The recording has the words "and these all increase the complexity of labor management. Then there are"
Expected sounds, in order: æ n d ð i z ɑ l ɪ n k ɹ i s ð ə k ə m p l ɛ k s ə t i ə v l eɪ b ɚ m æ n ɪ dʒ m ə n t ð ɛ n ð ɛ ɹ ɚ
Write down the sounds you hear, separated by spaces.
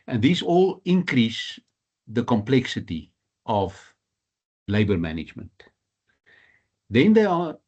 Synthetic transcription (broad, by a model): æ n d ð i s ɑ l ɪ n k ɹ i s ð ə k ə m p l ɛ k s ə t i ə v l eɪ b ɚ m æ n ɪ dʒ m ə n t ð ɛ n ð ɛ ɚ